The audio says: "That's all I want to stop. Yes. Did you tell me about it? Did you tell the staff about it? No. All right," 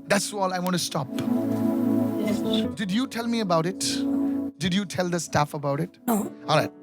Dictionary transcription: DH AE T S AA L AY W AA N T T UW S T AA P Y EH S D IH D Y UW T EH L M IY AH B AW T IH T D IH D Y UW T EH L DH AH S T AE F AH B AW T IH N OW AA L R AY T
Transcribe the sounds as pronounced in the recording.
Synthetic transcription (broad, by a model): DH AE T S AA L AY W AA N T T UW S T AA P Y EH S D IH D Y UW T EH L M IY AH B AW T IH T D IH D Y UW T EH L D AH S T AE F AH B AW T IH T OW AA L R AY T